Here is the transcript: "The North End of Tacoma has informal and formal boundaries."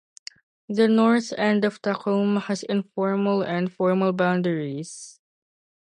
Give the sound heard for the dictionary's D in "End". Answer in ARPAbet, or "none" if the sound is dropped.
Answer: D